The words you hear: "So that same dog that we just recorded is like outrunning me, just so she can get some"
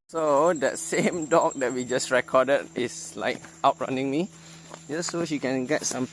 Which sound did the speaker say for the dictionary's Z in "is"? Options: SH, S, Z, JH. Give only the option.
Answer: S